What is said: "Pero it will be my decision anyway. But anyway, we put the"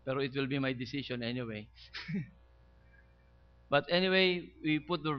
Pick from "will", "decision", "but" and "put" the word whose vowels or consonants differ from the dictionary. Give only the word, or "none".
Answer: decision